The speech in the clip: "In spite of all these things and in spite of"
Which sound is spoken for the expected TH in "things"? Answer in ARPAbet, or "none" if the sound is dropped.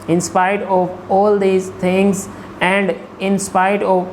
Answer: T